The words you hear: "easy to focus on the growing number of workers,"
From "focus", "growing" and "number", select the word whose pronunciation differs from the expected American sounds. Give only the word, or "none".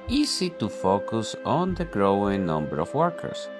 none